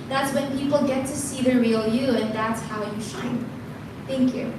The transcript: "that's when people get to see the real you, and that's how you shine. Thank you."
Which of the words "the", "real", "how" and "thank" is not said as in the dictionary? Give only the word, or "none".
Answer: none